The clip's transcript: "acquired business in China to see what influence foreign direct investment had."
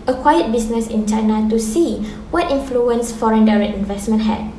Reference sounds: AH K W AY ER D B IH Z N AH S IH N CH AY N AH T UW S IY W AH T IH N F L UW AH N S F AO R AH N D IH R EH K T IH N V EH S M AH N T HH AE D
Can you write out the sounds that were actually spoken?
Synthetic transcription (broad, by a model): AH K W AY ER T B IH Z N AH S IH N CH AY N AH T UW S IY W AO T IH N F L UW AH N S F AO R AH N D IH R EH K IH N V EH S M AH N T HH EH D